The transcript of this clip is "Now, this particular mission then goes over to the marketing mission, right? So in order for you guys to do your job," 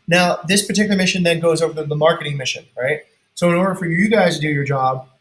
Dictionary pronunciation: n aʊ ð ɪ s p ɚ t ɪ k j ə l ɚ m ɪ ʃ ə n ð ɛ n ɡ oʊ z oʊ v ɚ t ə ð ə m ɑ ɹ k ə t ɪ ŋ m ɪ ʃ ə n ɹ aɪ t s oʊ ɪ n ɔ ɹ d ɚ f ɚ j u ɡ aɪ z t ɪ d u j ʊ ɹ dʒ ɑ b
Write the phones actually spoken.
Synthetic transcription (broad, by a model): n aʊ ð ɪ s p ɚ t ɪ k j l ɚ m ɪ ʃ ə n ð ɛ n ɡ oʊ z oʊ v ɚ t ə ð ə m ɑ ɹ k ə t ɪ ŋ m ɪ ʃ ə n ɹ aɪ t s oʊ ɪ n ɔ ɹ d ɚ f ɚ j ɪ ɡ aɪ z t ɪ d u j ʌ ɹ dʒ ɑ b